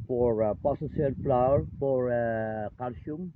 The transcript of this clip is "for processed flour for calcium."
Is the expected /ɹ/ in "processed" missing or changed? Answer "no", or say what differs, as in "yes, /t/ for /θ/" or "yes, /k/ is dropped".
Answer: yes, /ɹ/ is dropped